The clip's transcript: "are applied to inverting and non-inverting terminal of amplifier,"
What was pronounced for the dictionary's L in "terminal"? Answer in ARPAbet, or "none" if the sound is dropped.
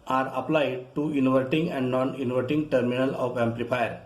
L